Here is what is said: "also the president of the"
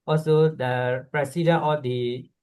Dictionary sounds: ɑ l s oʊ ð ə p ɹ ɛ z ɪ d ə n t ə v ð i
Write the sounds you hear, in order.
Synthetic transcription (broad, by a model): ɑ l s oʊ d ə p ɹ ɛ s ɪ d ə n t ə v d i